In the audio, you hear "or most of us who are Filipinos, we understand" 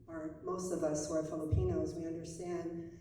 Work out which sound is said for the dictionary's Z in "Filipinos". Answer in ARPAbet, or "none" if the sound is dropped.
Z